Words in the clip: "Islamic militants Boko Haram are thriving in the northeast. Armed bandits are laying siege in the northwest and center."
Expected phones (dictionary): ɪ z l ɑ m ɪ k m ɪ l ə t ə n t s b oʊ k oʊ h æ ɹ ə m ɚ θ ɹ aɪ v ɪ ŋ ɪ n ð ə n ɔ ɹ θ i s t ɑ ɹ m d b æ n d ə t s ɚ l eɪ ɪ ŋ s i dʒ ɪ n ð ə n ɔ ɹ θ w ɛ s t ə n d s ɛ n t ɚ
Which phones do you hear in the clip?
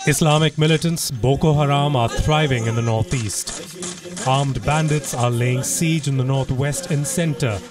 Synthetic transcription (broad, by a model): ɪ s l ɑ m ɪ k m ɪ l ə t ə n t s b oʊ k oʊ h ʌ ɹ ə m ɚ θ ɹ aɪ v ɪ ŋ ɪ n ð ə n ɔ ɹ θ i s t ɑ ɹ m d b æ n d ə t s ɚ l eɪ ɪ ŋ s i dʒ ɪ n ð ə n ɔ ɹ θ w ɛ s t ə n s ɛ n t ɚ